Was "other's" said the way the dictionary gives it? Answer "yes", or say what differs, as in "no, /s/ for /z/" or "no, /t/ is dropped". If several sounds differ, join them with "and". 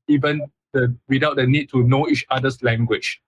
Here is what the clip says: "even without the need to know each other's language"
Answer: no, /s/ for /z/